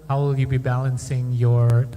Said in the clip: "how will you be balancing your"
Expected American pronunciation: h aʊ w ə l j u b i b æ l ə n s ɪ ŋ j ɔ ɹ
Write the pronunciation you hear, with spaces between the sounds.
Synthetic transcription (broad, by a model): h aʊ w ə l j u b i b æ l ə n s ɪ ŋ j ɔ ɹ